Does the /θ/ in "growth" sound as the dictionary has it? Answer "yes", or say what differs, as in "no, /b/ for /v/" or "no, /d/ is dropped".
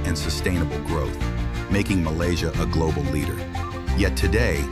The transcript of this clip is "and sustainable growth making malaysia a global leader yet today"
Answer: yes